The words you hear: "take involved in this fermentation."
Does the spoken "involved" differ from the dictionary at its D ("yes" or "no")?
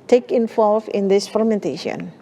yes